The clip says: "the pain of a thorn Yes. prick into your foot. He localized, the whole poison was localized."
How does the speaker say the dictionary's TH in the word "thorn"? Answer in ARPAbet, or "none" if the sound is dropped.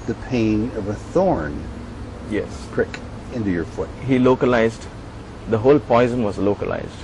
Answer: TH